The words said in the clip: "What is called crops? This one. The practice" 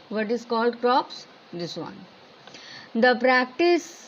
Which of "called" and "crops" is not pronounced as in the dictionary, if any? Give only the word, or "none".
none